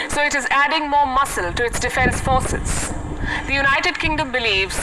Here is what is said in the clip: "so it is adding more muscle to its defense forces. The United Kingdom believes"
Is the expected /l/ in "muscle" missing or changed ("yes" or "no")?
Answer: no